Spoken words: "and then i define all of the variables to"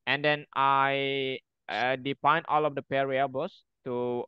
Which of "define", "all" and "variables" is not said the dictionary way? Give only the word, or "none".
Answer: variables